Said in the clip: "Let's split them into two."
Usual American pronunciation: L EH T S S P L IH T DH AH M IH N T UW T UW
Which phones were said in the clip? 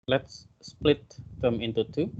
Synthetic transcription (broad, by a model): L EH T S S P L IH T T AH M IH N T UW T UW